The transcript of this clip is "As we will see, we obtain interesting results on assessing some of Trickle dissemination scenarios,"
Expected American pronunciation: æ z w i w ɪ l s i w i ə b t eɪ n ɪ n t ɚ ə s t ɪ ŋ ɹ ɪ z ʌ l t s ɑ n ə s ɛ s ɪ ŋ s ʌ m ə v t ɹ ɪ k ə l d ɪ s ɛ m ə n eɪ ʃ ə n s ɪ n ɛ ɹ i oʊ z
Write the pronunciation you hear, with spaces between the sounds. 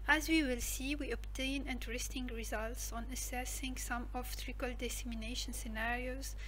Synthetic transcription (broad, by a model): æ z w i w ɪ l s i w i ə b t eɪ n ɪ n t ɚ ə s t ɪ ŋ ɹ ɪ z ʌ l t s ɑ n ə s ɛ s ɪ ŋ s ʌ m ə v t ɹ ɪ k ə l d ɪ s ɛ m ə n eɪ ʃ ə n s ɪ n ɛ ɹ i oʊ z